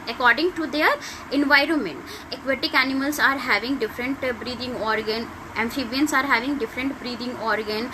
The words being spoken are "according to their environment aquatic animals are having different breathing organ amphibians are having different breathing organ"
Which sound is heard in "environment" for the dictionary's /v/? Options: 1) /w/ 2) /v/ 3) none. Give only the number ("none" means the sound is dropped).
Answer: 2